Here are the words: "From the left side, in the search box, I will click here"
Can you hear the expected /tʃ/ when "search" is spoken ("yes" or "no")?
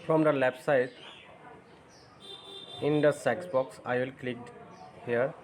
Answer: no